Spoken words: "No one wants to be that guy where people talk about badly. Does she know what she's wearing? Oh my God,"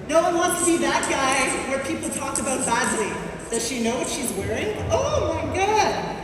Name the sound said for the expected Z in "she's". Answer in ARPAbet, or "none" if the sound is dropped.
Z